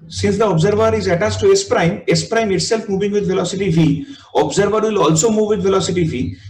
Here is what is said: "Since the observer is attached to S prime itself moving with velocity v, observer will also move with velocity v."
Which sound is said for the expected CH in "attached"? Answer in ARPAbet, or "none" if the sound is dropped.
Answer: S